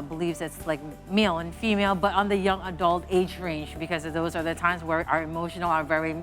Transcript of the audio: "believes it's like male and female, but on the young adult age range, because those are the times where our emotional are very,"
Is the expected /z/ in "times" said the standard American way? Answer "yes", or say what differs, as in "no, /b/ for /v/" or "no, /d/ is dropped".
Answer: yes